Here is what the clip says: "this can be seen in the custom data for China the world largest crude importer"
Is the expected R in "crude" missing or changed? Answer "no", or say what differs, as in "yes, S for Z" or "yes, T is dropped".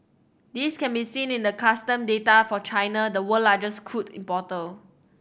yes, R is dropped